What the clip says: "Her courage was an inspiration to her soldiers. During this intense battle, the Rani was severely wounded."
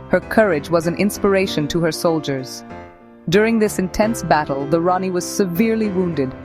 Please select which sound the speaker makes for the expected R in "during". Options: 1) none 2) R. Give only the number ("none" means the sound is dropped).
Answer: 2